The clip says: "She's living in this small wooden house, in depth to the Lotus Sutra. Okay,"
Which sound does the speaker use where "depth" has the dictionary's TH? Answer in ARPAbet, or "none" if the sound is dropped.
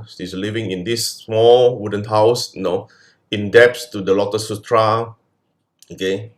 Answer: S